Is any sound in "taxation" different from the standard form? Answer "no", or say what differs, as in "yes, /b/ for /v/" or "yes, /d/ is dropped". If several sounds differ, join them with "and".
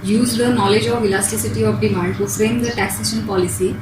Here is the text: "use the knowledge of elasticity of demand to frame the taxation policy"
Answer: no